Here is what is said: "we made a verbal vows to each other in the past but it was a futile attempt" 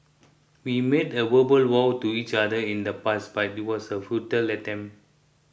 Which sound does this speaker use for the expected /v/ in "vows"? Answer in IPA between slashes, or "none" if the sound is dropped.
/w/